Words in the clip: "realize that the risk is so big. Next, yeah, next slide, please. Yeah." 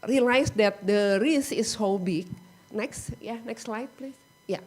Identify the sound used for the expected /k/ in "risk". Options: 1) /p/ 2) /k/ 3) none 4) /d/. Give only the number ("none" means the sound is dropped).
3